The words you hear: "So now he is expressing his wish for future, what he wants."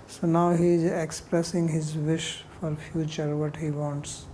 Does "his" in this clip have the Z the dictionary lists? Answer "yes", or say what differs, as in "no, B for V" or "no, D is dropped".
yes